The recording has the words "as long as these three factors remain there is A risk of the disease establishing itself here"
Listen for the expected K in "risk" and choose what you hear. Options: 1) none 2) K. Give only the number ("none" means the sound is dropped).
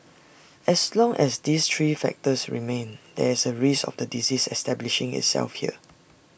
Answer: 1